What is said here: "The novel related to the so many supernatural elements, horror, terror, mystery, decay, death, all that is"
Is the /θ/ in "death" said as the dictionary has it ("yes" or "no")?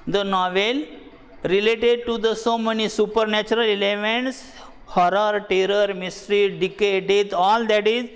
no